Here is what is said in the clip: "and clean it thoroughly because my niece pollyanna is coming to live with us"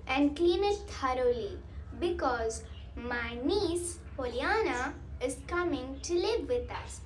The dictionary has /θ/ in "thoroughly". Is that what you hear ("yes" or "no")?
no